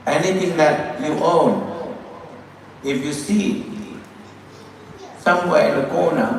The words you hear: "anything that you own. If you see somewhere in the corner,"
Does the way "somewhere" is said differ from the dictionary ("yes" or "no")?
yes